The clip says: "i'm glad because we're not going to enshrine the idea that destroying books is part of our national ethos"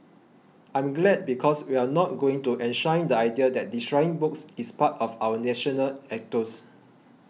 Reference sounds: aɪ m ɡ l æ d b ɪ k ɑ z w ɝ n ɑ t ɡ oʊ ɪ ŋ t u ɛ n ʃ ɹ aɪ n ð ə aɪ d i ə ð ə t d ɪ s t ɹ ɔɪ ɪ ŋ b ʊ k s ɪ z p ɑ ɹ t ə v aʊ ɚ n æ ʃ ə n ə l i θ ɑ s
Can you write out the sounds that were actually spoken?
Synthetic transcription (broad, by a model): aɪ m ɡ l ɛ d b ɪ k ɑ s w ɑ n ɑ t ɡ oʊ ɪ ŋ t u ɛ n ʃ aɪ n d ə aɪ d i ə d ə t d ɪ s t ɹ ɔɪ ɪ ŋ b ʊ k s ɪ s p ɑ t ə f aʊ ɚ n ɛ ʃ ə n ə l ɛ t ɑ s